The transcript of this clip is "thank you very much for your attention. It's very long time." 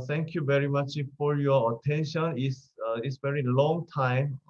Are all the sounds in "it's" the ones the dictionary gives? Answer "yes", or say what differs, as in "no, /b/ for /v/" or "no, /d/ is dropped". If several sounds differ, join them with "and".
no, /s/ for /t/